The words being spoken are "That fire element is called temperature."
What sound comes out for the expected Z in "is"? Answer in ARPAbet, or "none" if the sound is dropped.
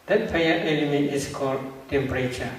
S